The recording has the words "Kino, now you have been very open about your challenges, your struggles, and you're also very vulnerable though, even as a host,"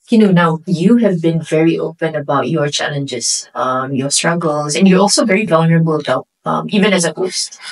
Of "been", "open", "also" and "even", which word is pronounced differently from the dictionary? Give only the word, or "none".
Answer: none